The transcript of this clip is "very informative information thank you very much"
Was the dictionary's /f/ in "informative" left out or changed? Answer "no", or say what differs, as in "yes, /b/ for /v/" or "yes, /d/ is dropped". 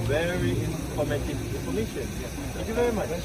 yes, /p/ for /f/